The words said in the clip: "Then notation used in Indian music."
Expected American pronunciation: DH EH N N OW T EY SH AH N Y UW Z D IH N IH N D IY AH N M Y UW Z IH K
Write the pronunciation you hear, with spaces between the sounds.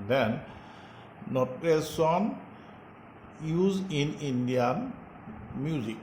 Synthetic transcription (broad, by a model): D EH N N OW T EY S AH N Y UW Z IH N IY N D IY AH N M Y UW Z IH K